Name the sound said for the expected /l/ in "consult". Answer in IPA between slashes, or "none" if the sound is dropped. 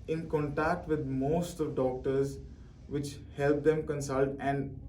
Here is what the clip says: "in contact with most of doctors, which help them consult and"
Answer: /l/